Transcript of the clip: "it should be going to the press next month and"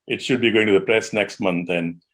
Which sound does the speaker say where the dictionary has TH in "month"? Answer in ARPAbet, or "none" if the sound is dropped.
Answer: T